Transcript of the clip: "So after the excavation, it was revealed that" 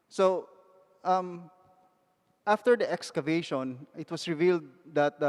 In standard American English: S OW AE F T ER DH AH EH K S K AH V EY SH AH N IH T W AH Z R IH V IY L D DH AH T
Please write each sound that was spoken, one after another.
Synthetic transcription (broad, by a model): S OW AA F T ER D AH EH K S K AH V EY SH AH N IH T W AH S R IH V IY L D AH T